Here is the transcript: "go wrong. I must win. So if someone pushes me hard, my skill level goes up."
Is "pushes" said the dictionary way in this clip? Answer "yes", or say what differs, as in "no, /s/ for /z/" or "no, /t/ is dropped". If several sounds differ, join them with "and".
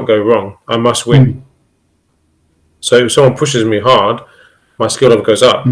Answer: yes